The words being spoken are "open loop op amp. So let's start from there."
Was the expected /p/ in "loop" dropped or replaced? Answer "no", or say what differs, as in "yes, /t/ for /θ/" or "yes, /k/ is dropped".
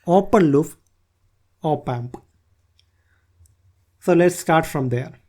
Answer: yes, /f/ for /p/